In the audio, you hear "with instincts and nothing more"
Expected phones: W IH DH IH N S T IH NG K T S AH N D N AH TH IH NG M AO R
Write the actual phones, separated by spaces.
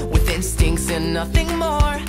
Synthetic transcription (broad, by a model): W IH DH IH N S T IH NG K T S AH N N AH TH IH NG M AO R